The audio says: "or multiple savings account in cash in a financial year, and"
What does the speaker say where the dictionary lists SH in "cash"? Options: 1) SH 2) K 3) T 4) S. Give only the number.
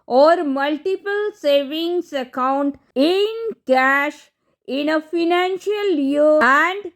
1